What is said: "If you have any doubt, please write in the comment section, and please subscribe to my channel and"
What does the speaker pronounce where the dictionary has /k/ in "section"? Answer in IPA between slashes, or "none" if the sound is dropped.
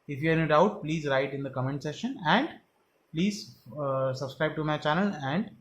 none